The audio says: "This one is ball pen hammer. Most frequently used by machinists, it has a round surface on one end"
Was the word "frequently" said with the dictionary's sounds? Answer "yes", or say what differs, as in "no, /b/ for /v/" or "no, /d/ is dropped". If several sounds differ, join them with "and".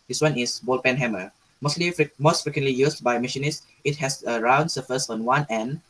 yes